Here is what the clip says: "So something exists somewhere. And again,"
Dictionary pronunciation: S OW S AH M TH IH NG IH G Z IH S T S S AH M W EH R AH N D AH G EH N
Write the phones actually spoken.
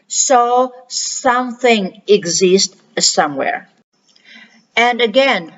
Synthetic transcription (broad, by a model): S OW S AH M TH IH NG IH G Z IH S T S S AH M W EH R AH N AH G EH N